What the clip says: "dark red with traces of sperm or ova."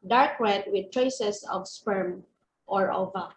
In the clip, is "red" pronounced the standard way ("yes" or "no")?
no